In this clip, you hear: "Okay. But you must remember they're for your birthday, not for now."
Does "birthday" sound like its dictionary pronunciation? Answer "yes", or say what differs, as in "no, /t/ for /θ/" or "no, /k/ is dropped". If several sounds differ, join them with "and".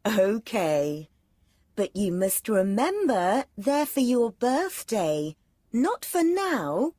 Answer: yes